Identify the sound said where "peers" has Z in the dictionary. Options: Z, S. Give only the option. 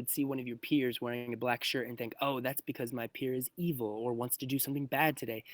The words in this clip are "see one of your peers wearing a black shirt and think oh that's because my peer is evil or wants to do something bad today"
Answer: Z